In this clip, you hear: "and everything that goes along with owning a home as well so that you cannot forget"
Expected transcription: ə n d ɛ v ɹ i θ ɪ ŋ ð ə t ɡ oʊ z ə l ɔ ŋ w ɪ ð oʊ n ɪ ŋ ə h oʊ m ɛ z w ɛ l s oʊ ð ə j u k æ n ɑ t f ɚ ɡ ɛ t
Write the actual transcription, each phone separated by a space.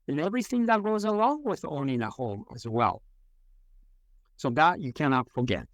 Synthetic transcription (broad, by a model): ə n ɛ v ɹ i θ ɪ ŋ ð ə t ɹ oʊ z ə w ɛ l w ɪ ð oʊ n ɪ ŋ ə h oʊ m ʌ z w ɛ l s oʊ ð ə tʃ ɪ k æ n ɑ t f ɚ ɡ ɛ t